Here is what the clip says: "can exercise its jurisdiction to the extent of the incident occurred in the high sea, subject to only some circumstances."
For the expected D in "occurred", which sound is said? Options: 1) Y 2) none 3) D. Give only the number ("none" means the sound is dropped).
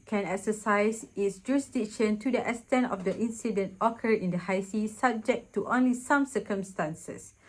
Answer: 2